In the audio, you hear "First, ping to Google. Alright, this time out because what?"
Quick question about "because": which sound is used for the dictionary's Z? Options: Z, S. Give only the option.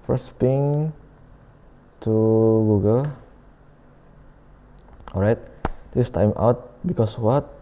S